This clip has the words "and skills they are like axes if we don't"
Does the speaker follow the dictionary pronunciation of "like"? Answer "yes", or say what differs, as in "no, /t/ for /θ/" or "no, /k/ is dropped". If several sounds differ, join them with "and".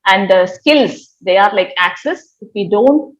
yes